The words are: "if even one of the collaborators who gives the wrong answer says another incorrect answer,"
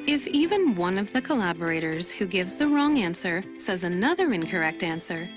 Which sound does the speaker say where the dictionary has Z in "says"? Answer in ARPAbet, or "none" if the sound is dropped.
Z